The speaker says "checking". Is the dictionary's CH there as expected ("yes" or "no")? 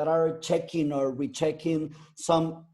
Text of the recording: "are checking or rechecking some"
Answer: yes